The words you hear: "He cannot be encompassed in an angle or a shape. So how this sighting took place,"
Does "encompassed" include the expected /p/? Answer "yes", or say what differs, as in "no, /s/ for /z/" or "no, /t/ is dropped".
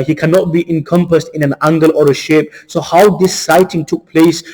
yes